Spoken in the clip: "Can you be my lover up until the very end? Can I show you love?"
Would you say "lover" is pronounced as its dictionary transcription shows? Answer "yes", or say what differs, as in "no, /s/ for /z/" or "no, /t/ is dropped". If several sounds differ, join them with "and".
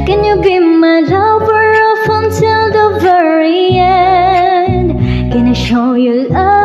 no, /b/ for /v/